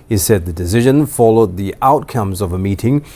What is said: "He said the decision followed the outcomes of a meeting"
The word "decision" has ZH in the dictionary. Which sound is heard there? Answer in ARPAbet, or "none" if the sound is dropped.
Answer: ZH